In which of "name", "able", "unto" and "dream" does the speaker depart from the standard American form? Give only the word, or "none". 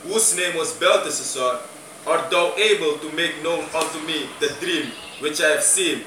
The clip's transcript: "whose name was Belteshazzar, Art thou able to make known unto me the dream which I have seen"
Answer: unto